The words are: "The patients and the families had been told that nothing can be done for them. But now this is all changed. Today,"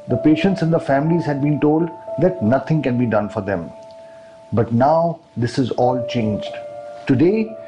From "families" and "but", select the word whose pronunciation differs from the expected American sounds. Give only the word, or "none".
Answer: none